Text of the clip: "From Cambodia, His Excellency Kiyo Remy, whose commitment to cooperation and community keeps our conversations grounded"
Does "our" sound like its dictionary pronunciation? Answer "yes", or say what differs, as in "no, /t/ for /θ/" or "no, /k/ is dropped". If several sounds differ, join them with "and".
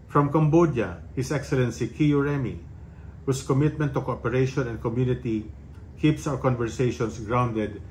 no, /w/ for /ɹ/